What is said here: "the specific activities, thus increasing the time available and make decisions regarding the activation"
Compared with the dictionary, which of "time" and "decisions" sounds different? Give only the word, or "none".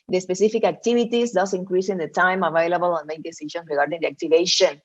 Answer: decisions